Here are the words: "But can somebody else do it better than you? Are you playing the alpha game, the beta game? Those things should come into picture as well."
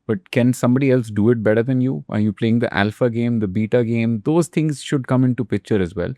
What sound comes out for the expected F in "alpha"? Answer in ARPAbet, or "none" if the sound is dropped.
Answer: F